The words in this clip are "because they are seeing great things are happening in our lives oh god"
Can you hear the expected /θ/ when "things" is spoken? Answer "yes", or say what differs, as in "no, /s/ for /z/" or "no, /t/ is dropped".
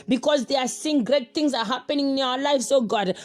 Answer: no, /t/ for /θ/